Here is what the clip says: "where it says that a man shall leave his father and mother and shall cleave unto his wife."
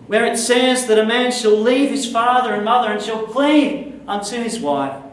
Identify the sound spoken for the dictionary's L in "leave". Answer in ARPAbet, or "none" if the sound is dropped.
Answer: L